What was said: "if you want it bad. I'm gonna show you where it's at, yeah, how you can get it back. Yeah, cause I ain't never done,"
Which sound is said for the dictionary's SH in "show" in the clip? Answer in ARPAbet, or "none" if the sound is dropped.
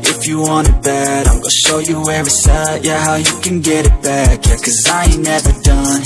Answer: SH